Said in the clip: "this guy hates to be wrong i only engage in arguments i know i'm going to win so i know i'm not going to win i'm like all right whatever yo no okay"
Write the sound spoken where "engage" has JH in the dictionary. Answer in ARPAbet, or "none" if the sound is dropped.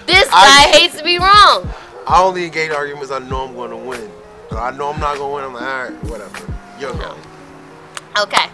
none